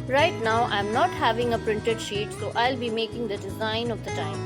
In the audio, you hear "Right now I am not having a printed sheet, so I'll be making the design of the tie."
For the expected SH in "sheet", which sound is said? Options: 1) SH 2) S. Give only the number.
1